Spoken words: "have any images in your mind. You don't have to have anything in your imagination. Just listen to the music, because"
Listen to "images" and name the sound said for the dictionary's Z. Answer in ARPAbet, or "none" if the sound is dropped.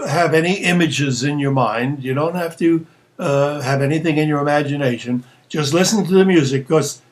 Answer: Z